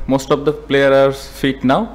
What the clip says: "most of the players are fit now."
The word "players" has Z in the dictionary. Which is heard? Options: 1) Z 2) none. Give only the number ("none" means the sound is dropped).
2